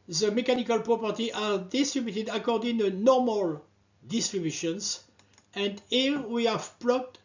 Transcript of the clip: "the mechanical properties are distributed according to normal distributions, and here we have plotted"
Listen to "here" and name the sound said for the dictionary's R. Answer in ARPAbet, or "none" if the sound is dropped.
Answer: L